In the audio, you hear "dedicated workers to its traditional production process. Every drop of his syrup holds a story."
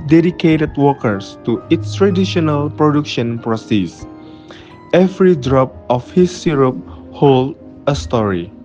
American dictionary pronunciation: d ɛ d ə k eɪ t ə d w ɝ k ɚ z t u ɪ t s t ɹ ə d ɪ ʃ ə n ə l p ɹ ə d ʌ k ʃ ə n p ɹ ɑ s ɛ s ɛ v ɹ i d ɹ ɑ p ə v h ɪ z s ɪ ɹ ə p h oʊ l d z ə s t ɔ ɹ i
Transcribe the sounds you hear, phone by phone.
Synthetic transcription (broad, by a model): d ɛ d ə k eɪ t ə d w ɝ k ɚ s t u ɪ t s t ɹ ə d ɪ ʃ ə n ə l p ɹ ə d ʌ k ʃ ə n p ɹ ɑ s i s ɛ v ɹ i d ɹ ɑ p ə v h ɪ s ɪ ɹ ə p h oʊ l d ə s t ɔ ɹ i